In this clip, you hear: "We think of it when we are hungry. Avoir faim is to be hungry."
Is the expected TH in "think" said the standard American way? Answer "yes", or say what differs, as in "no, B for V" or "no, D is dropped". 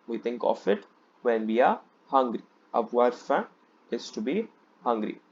no, T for TH